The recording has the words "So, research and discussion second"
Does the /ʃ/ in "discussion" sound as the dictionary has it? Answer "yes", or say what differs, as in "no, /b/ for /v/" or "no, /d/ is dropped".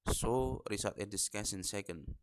no, /s/ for /ʃ/